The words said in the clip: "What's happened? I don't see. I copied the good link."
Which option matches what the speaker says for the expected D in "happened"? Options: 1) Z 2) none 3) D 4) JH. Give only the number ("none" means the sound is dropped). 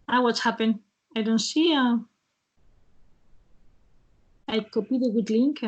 2